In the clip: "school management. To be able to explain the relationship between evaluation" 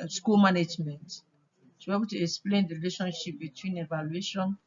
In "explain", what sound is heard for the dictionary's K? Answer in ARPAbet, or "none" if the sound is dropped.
K